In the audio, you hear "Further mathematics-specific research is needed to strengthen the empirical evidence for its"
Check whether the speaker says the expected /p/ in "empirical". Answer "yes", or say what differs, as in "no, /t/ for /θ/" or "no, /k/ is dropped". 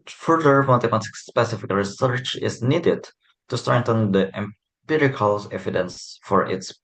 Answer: yes